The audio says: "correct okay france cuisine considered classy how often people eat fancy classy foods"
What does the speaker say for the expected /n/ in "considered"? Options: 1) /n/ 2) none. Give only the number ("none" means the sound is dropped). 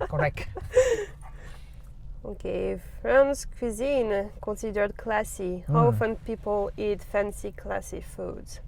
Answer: 2